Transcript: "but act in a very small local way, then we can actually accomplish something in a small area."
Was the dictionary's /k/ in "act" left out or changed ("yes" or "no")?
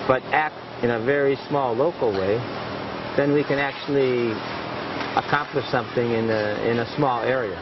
no